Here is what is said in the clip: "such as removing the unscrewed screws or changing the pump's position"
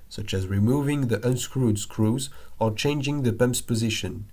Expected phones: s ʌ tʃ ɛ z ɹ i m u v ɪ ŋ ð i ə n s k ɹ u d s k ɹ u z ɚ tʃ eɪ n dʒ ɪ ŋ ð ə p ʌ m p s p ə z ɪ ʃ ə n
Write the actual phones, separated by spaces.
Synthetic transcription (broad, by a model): s ʌ tʃ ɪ z ɹ i m u v ɪ ŋ ð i ə n s k ɹ u d s k ɹ u z ɚ tʃ eɪ n dʒ ɪ ŋ ð ə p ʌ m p s p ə z ɪ ʃ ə n